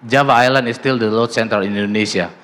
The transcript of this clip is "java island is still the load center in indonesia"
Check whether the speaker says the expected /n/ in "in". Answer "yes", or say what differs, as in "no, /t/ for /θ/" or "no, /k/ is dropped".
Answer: no, /l/ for /n/